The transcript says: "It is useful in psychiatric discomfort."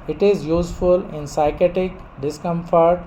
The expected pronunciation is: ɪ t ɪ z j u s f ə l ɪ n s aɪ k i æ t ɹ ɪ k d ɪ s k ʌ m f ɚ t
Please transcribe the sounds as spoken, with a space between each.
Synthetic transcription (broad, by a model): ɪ t ɪ z j u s f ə l ɪ n s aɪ k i t ɪ k d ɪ s k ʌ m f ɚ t